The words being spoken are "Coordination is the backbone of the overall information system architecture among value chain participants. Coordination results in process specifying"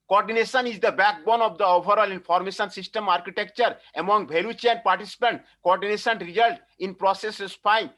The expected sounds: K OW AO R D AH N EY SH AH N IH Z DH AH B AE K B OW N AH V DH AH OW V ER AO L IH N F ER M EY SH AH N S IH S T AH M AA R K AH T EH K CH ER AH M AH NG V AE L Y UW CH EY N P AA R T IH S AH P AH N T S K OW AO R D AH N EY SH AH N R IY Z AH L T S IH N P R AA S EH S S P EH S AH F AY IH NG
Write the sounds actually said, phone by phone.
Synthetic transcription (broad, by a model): K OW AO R D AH N EY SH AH N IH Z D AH B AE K B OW N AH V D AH OW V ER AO L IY N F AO M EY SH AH N S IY S T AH M AA R K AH T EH K CH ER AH M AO NG B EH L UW CH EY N P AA R T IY S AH P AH N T K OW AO R D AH N EY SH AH N R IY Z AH L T IH N P R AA S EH S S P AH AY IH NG